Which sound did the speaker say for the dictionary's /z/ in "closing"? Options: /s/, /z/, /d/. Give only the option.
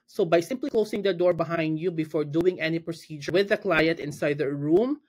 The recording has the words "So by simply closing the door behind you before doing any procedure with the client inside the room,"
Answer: /s/